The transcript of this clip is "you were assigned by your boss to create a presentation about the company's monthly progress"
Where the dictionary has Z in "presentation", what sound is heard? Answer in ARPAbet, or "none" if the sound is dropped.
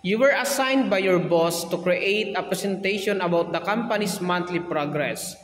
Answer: S